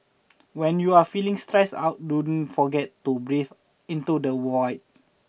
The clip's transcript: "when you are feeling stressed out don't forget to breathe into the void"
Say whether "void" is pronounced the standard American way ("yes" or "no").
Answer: no